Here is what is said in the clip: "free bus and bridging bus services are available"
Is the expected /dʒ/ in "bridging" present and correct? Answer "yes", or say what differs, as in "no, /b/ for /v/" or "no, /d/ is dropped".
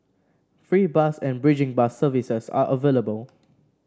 yes